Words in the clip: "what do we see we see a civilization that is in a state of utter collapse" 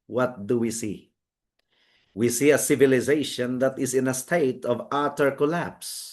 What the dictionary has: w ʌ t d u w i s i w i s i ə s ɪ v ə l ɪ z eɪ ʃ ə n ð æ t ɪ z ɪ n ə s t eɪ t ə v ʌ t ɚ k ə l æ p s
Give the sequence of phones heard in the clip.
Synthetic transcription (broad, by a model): w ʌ t d u w i s i w i s i ə s ɪ v ə l ɪ z eɪ ʃ ə n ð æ t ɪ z ɪ n ə s t eɪ t ə v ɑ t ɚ k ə l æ p s